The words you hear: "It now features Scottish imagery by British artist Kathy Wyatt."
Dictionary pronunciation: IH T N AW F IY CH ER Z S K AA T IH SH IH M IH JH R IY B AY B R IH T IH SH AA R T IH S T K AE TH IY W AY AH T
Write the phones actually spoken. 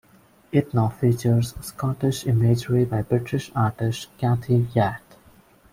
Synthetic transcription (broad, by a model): IH T N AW F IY CH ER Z S K AA T IH SH IH M IH JH R IY B AY B R IH T IH SH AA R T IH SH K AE T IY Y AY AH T